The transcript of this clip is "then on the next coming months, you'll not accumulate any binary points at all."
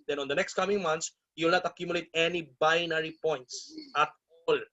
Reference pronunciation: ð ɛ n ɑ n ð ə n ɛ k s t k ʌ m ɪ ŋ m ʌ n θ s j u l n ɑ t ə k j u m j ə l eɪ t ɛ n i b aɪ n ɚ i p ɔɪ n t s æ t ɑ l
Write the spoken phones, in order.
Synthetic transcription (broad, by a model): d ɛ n ɑ n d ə n ɛ k s t k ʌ m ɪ ŋ m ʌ n t s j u l n ɑ t ə k j u m j ə l eɪ t ɛ n i b aɪ n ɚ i p ɔɪ n t s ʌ t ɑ l